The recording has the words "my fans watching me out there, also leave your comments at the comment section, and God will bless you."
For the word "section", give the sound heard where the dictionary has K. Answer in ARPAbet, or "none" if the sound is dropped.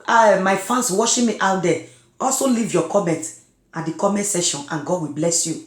none